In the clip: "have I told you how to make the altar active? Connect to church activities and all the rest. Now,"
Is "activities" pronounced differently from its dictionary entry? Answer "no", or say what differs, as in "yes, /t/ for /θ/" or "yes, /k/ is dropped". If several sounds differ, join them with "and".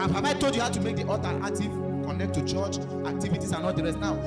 yes, /s/ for /z/